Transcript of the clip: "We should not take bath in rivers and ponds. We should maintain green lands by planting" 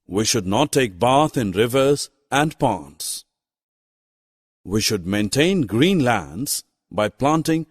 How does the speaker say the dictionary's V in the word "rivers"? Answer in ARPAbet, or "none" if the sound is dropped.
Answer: V